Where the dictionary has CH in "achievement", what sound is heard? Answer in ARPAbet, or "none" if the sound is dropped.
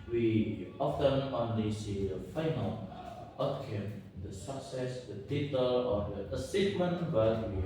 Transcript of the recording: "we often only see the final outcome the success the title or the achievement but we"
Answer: S